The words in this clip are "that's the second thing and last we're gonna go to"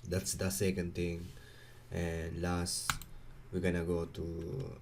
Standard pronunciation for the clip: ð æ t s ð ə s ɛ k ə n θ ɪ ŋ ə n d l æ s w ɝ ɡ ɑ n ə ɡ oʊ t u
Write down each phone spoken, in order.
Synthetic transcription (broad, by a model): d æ t s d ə s ɛ k ə n t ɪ ŋ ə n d l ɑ s w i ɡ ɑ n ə ɡ oʊ t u